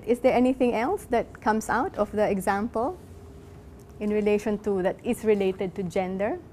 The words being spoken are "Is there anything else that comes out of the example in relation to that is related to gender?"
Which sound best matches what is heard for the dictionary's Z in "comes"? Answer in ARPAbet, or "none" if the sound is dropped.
S